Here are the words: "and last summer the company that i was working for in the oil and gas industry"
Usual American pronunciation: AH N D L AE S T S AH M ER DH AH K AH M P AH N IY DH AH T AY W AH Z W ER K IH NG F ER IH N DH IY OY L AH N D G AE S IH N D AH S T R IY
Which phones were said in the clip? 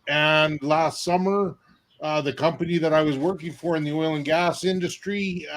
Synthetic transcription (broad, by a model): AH N L AE S T S AH M ER DH AH K AH M P AH N IY DH AH T AY W AH Z W ER K IH NG F ER IH N DH IY OY L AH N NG G AE S IH N D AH S T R IY